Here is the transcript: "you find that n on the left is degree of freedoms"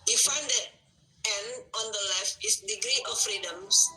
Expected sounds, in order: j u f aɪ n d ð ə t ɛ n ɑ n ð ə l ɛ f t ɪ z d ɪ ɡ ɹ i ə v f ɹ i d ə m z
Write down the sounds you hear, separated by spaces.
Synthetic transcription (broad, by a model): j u f aɪ n d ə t ɛ n ɑ n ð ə l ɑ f ɪ s d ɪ ɡ ɹ i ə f ɹ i d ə m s